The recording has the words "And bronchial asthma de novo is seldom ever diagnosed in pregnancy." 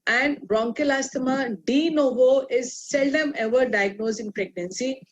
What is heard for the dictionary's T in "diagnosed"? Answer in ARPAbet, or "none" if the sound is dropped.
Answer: none